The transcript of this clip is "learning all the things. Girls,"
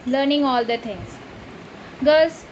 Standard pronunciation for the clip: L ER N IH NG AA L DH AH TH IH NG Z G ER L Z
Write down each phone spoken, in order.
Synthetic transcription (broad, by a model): L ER N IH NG AA L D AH T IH NG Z G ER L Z